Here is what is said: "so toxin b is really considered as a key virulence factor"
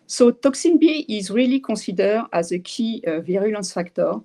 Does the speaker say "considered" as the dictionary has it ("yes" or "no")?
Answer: no